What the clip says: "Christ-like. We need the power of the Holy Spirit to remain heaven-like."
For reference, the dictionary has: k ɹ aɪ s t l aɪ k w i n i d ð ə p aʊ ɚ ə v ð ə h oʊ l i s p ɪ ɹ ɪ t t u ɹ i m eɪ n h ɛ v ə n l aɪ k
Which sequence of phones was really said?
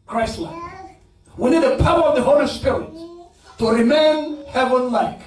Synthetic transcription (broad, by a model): k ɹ aɪ s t l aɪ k w i n i d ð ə p aʊ ɚ ə v ð ə h oʊ l i s p ɪ ɹ ɪ t t u ɹ i m eɪ n h ɛ v ə n l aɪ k